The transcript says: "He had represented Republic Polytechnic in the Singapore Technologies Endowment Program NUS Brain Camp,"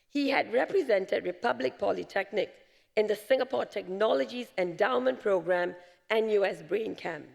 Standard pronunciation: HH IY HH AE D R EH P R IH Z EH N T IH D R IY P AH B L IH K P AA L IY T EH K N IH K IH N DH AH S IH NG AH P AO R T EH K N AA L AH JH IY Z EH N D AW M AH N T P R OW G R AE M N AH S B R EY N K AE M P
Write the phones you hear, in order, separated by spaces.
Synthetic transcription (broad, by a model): HH IY HH AE D R EH P R IH Z EH N T IH D R IY P AH B L IH K P AA L IY T EH K N IH K IH N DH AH S IH NG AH P AO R T EH K N AA L AH JH IY Z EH N D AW M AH N P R OW G R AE M N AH S B R EY N K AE M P